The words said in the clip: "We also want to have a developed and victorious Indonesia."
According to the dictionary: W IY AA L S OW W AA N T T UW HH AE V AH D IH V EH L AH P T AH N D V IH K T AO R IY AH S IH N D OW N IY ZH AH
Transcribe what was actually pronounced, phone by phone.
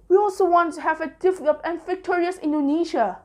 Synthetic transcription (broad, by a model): W IY AA L S OW W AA N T T UW HH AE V AH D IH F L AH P AH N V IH K T AO R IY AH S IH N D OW N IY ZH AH